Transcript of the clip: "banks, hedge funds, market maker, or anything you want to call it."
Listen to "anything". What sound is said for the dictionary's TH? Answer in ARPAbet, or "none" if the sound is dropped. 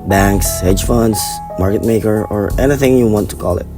TH